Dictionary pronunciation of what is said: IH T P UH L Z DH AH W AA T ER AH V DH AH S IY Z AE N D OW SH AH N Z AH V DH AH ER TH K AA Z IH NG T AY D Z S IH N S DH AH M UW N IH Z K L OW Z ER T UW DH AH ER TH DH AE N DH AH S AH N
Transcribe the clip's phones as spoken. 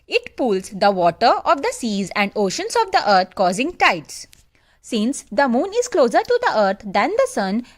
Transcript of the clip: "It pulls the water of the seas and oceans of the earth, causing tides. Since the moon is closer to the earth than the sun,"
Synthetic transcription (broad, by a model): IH T P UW L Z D AH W AA T ER AH V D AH S IY Z AE N D OW SH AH N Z AH V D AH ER T K AA Z IH NG T AY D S S IH N S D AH M UW N IH Z K L OW Z ER T UW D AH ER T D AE N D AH S AH N